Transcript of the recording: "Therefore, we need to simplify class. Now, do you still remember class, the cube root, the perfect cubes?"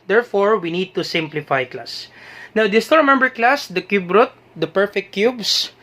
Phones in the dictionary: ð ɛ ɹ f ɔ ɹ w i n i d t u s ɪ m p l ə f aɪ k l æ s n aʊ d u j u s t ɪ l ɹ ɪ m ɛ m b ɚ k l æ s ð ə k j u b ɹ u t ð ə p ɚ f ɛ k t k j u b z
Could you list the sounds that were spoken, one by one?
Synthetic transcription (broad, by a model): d ɛ ɹ f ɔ ɹ w i n i d t u s ɪ m p l ə f aɪ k l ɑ s n aʊ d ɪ s t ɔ ɹ m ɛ m b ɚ k l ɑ s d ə k j u b ɹ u t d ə p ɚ f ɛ k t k j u b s